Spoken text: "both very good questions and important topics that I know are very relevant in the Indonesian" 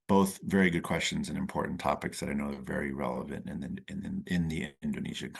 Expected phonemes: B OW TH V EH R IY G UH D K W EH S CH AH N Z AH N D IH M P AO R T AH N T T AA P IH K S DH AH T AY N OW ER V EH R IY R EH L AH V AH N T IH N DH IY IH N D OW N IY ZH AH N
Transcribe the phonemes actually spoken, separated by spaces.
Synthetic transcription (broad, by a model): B OW TH V EH R IY G UH D K W EH S CH AH N Z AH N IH M P AO R T N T T AA P IH K S DH AH T AY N OW ER V EH R IY R EH L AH V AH N T IH N DH IY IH N D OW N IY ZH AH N